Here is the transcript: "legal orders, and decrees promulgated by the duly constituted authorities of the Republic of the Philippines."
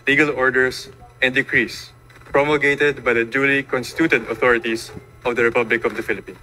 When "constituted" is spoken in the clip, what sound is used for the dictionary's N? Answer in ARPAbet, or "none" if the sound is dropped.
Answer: N